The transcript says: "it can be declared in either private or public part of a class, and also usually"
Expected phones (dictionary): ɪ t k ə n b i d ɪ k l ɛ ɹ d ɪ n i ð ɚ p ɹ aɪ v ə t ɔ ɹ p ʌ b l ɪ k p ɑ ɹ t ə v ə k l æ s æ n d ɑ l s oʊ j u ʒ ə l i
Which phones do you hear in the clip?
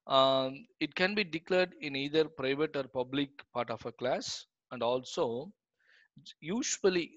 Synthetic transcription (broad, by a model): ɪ t k ə n b i d ɪ k l ɛ ɹ d ɪ n i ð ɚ p ɹ aɪ v ə t ɔ ɹ p ʌ b l ɪ k p ɑ ɹ t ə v ə k l æ s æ n d ɑ l s oʊ j u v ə l i